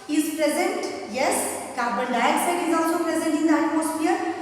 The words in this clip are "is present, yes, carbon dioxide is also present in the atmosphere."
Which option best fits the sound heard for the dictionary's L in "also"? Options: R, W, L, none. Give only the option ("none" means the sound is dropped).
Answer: L